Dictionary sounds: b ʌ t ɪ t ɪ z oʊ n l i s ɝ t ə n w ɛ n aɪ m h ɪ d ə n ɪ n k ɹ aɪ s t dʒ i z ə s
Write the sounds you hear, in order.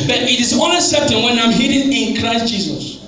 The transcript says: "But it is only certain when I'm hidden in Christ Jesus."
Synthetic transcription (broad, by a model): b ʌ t ɪ t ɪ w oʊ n i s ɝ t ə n w ɛ n aɪ m h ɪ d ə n ɪ n k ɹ aɪ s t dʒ i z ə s